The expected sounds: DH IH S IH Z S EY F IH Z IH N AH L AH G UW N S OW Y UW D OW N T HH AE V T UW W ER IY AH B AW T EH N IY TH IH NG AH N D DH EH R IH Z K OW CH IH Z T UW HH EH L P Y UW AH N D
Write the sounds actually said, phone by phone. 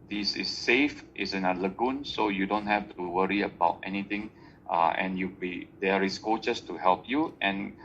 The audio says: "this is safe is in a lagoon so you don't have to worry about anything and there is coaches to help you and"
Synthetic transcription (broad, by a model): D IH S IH S EY F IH S IH N AH L AH G UW N S OW Y UW D OW N T HH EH F T UW W ER IY AH B AW T EH N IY T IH NG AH N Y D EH R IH S K OW CH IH S T UW HH EH L P Y UW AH N